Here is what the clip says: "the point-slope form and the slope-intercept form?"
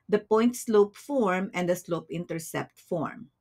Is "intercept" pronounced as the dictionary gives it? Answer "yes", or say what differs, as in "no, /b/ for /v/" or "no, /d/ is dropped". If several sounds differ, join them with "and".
yes